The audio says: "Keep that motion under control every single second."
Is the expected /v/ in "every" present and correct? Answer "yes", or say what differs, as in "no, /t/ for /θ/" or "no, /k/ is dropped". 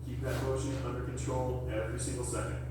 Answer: yes